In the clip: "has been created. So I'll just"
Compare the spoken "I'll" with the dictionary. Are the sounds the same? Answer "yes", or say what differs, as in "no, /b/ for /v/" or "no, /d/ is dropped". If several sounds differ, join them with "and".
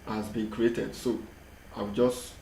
no, /w/ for /l/